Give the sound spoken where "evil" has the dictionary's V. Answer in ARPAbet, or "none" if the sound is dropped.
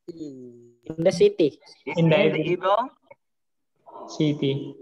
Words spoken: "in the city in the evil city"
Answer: none